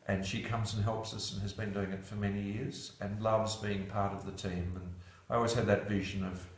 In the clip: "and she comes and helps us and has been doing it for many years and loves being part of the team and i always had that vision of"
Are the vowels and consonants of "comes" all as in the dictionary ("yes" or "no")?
yes